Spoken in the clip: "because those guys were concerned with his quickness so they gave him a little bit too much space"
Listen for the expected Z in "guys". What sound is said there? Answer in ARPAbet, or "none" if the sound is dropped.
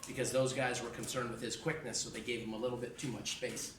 Z